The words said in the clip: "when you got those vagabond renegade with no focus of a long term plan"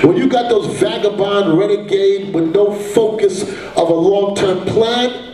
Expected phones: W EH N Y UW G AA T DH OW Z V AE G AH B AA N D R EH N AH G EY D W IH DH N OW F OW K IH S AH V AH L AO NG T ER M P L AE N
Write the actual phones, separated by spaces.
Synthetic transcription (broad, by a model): W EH N Y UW G AA T DH OW Z V AE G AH B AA N R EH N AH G EY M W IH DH N OW F OW K IH S AH V AH L AO NG T ER M P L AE N